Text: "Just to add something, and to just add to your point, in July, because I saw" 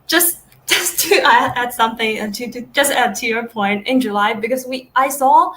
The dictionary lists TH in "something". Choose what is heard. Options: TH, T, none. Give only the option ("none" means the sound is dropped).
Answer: TH